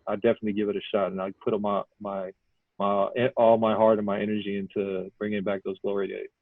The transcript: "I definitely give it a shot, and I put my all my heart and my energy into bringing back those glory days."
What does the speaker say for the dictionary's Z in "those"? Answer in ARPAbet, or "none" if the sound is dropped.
Z